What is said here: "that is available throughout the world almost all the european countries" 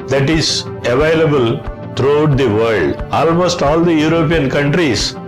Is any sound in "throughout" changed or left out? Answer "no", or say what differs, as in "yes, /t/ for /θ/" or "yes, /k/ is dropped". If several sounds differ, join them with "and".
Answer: yes, /t/ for /θ/